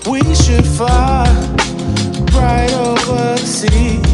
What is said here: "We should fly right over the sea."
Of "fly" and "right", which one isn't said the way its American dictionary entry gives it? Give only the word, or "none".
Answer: fly